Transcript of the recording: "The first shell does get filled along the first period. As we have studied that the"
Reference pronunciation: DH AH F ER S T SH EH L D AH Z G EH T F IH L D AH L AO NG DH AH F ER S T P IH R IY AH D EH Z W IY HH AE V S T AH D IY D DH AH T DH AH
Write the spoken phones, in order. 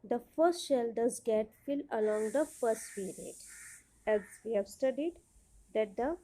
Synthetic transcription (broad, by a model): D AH F ER S T SH EH L D AH Z G EH T F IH L AH L AO NG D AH F ER S T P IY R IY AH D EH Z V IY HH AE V S T AH D IY D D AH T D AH